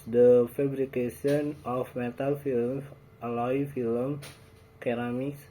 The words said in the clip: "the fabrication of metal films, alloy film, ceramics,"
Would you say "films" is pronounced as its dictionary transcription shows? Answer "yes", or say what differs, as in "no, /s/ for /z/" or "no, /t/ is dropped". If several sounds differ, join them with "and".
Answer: no, /z/ is dropped